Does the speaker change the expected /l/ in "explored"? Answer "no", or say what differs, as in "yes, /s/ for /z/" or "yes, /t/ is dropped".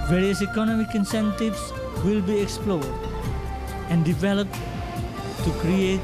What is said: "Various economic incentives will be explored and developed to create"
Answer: no